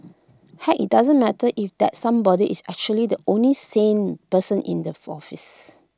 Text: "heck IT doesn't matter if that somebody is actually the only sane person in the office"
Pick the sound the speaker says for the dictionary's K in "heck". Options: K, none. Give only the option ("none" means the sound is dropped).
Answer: none